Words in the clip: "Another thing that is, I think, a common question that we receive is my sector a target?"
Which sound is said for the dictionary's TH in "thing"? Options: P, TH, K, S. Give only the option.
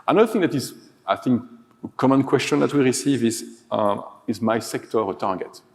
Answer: TH